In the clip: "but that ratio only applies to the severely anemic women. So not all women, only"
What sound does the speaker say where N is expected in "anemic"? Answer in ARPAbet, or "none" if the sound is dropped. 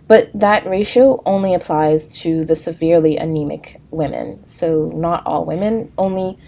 N